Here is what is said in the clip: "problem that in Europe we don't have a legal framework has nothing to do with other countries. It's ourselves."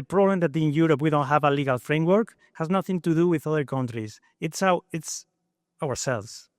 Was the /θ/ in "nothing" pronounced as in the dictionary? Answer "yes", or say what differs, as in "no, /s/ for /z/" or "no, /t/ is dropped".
yes